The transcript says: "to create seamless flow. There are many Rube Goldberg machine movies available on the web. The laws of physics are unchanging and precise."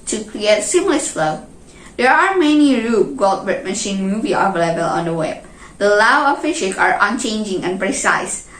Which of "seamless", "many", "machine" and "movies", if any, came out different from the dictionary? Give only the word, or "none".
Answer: movies